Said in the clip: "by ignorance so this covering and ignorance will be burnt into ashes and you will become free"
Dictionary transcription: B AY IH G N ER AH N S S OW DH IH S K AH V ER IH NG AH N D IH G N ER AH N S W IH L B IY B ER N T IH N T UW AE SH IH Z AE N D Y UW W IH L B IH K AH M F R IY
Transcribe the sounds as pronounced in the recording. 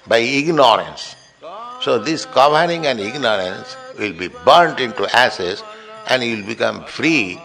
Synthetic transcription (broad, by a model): B AY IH G N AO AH N S S OW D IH S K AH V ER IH NG AH N D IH G N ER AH N S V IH L B IY B ER N T IH N T UW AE S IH S AE N D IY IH L B IH K AH M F R IY